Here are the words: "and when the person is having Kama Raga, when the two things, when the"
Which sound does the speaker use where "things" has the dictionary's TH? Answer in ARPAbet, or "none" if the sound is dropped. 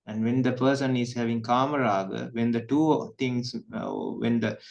T